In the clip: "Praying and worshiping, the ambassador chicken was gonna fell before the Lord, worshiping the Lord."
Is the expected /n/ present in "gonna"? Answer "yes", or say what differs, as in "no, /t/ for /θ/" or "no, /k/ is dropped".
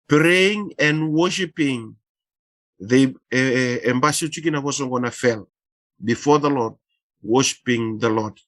yes